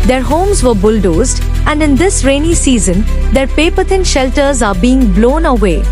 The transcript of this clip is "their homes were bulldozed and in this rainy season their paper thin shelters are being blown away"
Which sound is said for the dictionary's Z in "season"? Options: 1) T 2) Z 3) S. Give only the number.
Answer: 2